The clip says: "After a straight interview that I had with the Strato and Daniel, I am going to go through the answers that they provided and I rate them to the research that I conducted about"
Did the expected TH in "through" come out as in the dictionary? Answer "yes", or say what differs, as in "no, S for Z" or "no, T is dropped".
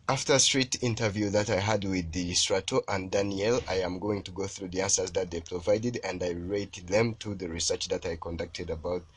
yes